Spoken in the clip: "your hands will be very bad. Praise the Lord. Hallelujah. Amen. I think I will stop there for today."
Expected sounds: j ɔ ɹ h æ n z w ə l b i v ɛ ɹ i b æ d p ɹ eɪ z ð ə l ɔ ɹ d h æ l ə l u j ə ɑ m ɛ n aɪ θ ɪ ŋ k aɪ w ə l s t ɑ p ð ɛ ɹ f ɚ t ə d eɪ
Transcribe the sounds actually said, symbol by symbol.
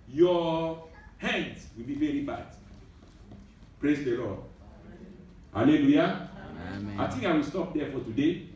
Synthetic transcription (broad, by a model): j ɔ h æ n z w ə l b i v ɛ ɹ i b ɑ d p ɹ eɪ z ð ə l ɔ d h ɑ l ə l u j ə ɑ ɪ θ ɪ ŋ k aɪ w ə l s t ɑ p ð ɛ f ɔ t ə d eɪ